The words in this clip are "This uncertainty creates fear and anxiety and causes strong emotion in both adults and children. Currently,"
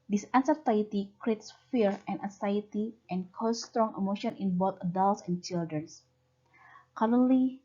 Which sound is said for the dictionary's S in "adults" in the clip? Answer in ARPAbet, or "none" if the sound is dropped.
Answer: S